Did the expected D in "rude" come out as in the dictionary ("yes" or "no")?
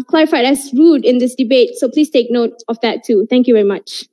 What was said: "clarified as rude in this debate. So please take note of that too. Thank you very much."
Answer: yes